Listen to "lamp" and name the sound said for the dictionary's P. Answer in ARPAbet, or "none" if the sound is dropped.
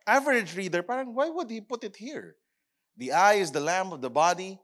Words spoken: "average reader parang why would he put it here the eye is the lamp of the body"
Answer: none